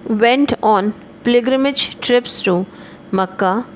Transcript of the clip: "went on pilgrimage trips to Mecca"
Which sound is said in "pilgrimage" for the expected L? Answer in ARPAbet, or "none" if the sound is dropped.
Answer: none